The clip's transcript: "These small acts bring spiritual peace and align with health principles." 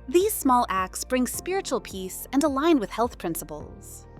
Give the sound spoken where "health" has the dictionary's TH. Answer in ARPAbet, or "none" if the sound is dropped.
TH